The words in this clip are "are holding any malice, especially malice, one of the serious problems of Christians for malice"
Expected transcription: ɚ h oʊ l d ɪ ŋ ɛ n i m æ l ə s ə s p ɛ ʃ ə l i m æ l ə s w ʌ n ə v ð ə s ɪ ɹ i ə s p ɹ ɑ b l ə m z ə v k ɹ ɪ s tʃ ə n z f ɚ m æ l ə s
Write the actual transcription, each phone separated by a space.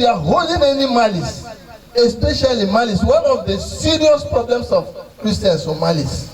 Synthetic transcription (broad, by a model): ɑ h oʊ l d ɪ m ɛ n i m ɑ l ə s ə s p ɛ ʃ ə l i m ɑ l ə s w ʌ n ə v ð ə s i ɹ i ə s p ɹ ɑ b l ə m s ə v k ɹ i s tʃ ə n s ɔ m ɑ l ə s